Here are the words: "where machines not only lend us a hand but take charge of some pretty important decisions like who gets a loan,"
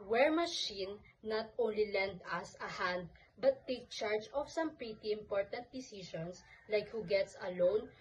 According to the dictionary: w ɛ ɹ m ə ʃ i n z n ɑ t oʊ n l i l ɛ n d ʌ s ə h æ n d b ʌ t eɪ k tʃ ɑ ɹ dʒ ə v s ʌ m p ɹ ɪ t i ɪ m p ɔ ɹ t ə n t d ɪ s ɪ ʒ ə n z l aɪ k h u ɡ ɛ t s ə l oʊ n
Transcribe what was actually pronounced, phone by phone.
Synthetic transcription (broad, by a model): w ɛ ɹ m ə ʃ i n n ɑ t oʊ n l i l ɛ n d ʌ s ə h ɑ n d b ʌ t eɪ k tʃ ɑ ɹ dʒ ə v s ʌ m p ɹ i t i ɪ m p ɔ ɹ t ə n t d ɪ s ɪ ʃ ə n s l aɪ k h u ɡ ɛ t s ə l oʊ n